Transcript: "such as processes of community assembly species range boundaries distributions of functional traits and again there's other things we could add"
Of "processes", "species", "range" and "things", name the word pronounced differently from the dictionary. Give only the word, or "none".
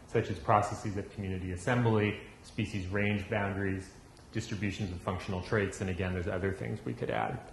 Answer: none